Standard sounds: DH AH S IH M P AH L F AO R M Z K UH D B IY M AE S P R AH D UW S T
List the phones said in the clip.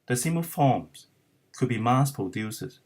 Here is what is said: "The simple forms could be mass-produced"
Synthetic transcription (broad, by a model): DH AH S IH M AH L F AO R M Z K UH D B IY M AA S P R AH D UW S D